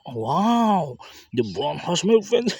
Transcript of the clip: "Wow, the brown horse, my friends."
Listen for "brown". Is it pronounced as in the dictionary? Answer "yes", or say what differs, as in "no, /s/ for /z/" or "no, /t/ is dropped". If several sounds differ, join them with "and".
no, /ɹ/ is dropped